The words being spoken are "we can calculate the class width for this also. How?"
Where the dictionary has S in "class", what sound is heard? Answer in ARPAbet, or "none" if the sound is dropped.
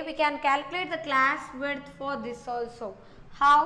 S